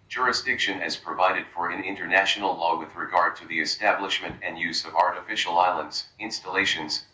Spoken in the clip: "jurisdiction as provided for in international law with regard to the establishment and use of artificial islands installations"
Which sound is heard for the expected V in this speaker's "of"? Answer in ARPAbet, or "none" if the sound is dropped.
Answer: V